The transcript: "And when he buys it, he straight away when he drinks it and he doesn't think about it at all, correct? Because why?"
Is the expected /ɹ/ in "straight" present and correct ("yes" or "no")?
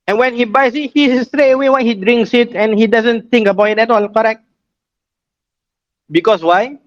yes